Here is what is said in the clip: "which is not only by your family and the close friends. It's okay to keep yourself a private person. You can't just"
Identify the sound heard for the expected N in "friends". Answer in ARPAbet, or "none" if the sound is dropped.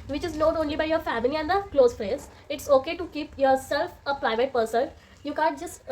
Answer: none